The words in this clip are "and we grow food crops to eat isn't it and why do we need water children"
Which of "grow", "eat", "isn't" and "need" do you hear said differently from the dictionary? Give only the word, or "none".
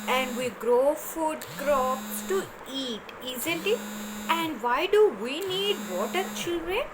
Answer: isn't